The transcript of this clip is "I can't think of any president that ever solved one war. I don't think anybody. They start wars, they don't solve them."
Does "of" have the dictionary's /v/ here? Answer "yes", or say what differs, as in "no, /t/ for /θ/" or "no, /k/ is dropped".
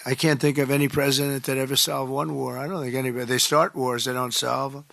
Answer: yes